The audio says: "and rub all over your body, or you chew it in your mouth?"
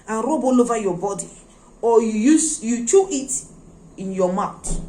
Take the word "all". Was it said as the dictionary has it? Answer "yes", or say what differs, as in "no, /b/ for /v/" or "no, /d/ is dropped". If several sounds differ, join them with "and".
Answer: yes